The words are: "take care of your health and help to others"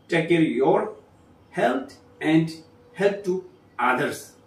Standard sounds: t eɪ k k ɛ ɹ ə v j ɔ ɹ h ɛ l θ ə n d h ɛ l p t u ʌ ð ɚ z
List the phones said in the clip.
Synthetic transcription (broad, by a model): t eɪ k k ɛ ɹ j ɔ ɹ h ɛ l t ə n d h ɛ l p t u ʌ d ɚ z